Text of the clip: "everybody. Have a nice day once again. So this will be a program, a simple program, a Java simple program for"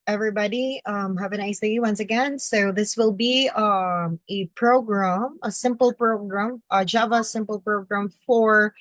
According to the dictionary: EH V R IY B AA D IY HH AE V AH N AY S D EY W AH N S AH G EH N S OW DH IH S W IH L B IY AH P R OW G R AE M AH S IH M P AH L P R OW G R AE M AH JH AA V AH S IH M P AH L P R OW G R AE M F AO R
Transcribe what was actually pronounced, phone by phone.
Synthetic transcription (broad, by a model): EH V R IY B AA D IY HH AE V AH N AY S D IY W AH N S AH G EH N S OW DH IH S W IH L B IY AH P R OW G R AE M AH S IH M P AH L P R OW G R AE M AH JH AA V AH S IH M P AH L P R OW G R AE M F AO R